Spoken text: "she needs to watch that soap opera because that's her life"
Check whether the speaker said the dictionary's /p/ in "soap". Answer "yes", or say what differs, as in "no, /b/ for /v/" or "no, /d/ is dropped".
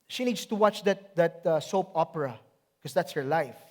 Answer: yes